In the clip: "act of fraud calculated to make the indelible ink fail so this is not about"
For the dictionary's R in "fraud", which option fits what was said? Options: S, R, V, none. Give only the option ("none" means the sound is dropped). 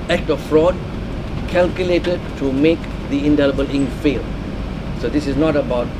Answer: R